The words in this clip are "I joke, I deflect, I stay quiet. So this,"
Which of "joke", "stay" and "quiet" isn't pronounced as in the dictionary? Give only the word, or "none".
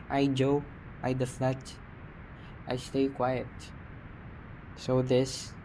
joke